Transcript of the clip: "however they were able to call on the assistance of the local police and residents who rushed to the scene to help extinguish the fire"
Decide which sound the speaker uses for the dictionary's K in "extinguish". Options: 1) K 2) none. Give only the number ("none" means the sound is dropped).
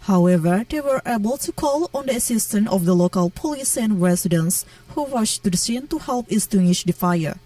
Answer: 2